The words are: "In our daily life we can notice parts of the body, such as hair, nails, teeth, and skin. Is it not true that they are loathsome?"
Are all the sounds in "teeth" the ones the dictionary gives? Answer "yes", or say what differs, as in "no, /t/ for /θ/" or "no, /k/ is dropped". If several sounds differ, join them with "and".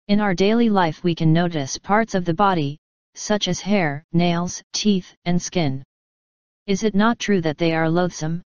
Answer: yes